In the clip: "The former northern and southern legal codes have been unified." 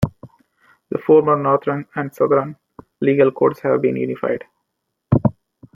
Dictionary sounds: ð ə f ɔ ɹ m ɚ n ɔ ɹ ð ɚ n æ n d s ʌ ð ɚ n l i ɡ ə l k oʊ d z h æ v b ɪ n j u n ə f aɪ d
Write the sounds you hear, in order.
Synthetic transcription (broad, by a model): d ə f ɔ ɹ m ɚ n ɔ ɹ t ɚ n æ n d s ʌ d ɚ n l i ɡ ə l k oʊ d s h æ v b ɪ n j u n ə f aɪ d